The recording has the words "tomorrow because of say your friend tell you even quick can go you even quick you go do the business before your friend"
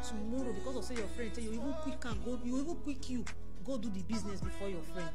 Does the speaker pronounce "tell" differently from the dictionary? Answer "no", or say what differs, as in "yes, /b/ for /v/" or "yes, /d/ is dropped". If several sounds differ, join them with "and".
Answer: yes, /s/ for /t/